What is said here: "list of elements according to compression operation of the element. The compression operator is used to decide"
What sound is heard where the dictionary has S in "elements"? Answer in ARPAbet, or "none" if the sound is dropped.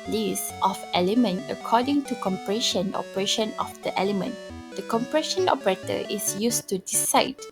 none